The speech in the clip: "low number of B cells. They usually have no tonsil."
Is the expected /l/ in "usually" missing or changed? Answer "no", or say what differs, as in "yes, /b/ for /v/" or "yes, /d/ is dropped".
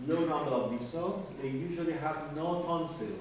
no